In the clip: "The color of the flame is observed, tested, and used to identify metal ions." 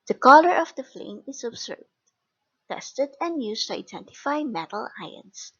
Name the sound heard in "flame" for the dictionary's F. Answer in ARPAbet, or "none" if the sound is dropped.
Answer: F